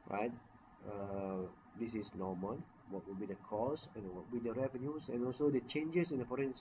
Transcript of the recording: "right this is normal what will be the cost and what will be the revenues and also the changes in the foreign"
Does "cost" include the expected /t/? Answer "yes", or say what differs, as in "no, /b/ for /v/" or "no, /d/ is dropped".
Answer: no, /t/ is dropped